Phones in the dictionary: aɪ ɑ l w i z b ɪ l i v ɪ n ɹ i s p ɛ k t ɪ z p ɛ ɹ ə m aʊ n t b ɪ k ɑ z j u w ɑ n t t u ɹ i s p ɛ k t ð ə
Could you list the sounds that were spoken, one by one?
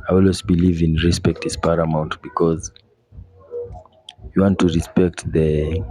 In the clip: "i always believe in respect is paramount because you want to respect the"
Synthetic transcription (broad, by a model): aɪ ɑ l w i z b ɪ l i v ɪ n ɹ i s p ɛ k t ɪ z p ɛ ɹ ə m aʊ n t b ɪ k ɑ z j u w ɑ n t t u ɹ i s p ɛ k t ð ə